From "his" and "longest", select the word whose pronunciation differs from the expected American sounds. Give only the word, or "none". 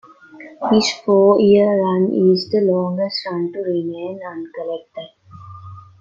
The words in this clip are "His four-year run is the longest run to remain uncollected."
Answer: his